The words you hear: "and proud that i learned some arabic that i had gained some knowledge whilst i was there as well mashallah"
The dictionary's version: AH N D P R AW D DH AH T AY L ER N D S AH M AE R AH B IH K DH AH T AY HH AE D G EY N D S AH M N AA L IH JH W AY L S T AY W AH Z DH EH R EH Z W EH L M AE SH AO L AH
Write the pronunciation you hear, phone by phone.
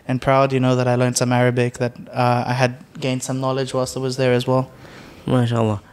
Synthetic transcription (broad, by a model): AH N P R AW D DH AH T AY L ER N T S AH M AE R AH B IH K DH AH T AY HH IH D G EY N D S AH M N AA L IH JH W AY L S AO W AH Z DH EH R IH Z W EH L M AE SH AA L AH